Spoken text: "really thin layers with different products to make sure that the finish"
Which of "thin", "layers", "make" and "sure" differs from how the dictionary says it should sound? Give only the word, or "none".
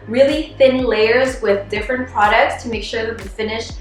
none